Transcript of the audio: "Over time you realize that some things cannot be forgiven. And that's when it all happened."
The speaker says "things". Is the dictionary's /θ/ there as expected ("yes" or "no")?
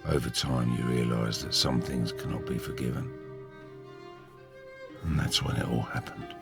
yes